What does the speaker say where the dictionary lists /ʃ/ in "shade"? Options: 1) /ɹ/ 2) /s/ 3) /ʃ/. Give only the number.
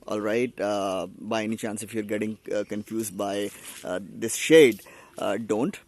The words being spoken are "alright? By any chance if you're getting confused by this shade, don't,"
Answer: 3